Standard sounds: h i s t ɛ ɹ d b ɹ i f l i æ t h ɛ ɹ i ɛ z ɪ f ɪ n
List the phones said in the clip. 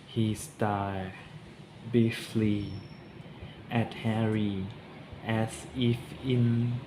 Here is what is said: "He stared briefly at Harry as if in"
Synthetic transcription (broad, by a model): h i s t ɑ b i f l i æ t h ɛ ɹ i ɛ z ɪ f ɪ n